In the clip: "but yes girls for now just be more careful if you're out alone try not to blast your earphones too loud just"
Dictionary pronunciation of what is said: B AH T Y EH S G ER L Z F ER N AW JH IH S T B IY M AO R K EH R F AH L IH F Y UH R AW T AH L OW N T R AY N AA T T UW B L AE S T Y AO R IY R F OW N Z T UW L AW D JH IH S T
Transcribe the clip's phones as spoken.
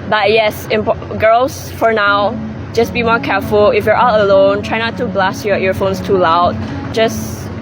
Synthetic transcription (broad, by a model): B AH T Y EH S G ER L S F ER N AW JH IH S B IY M AO R K EH R F AH L IH F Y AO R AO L AH L OW N T R AY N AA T T UW B L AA S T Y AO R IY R F OW N S T UW L AW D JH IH S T